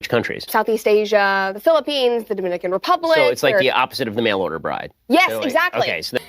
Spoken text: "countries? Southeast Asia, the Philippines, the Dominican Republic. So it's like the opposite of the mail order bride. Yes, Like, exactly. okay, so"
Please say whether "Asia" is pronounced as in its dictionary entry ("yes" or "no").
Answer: yes